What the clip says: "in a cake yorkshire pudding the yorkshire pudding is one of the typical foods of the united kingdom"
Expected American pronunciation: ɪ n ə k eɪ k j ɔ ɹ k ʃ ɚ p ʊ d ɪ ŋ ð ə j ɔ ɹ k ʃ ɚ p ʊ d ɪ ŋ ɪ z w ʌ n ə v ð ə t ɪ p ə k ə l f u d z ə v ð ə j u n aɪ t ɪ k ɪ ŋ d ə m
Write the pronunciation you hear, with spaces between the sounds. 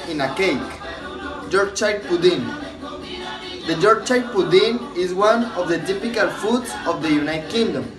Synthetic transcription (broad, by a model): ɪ n ə k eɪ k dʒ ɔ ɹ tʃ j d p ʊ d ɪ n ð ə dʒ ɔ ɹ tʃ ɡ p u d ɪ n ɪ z w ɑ n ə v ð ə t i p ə k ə l f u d s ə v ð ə j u n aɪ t k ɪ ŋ d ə m